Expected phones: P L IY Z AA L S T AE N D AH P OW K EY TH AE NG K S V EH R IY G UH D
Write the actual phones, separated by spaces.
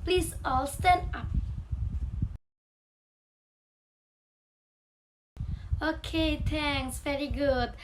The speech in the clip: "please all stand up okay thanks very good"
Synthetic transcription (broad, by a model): P L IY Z AA L S T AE N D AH P OW K EY T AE NG S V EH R IY G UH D